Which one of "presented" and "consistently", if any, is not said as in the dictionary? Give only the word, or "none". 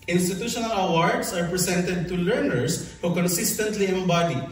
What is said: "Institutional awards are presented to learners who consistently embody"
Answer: presented